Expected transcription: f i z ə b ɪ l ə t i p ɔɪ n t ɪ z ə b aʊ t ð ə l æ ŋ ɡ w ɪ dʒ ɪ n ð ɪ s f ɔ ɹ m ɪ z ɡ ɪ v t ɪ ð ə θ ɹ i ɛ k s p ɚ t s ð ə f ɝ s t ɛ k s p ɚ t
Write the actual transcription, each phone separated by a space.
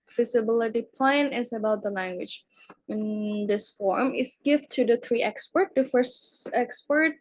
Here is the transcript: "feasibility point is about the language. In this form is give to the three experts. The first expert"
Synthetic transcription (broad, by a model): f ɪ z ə b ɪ l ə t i p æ n ɪ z ə b aʊ t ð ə l æ ŋ ɡ w ɪ dʒ ɪ n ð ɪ s f ɔ ɹ m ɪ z ɡ ɪ v t ɪ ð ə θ ɹ i ɛ k s p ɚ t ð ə f ɝ s t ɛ k s p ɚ t